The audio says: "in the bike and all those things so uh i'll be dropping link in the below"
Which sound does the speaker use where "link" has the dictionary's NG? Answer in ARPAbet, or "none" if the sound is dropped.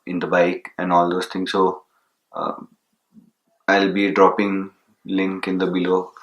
NG